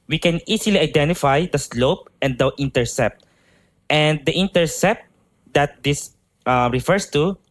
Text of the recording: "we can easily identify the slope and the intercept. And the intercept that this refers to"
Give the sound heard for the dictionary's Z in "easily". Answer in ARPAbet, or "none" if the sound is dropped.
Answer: S